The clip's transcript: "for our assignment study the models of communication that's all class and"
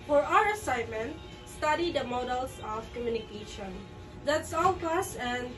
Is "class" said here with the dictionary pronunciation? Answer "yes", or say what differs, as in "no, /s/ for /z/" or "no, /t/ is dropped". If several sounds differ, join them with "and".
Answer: no, /l/ is dropped